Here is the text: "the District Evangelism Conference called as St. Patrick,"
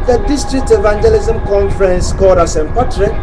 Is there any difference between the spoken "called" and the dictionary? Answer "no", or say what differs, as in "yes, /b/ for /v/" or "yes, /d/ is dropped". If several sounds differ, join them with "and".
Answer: yes, /l/ is dropped